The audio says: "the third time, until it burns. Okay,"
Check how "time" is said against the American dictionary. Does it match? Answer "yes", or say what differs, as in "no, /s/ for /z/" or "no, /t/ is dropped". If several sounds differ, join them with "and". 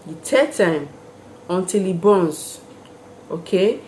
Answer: yes